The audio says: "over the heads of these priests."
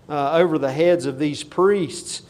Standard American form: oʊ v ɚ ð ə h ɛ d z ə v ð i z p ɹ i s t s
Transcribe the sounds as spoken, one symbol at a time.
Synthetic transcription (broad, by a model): oʊ v ɚ ð ə h ɛ d z ə v ð i z p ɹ i s t s